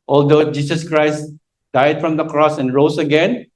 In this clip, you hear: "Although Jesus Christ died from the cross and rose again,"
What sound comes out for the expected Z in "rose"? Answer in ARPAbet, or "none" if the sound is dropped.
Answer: S